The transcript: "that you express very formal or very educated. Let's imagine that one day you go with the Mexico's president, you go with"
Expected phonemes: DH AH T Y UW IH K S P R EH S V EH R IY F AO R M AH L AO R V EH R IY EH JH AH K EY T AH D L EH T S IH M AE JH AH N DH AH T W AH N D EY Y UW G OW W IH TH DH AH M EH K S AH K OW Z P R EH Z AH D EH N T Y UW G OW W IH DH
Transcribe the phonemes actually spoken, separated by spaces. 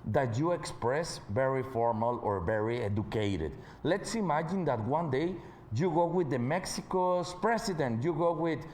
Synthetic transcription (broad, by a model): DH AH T Y UW IH K S P R EH S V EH R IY F AO R M AH L AO R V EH R IY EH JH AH K EY T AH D L EH T S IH M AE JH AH N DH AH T W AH N D EY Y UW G OW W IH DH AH M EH K S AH K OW S P R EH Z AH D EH N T Y UW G OW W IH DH